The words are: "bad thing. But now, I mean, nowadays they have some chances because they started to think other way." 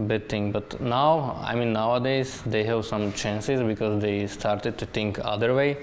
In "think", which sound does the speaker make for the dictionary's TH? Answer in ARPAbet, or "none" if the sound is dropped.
T